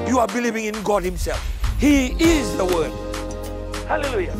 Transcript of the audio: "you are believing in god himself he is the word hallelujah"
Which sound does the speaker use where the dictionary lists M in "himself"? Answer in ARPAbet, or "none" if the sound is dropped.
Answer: M